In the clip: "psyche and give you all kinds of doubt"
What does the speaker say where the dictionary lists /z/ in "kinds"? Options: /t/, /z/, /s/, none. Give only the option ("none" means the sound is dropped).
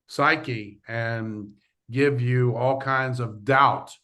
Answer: /z/